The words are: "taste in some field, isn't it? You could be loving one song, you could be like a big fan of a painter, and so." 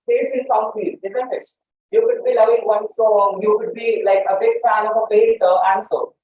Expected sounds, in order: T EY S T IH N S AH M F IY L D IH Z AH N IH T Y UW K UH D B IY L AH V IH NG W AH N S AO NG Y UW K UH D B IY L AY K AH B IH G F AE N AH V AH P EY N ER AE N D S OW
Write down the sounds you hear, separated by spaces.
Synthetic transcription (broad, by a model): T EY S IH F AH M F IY D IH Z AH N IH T Y UW K UH D B IY L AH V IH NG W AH N S AO NG Y UW K UH D B IY L AY K AH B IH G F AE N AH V AH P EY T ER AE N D S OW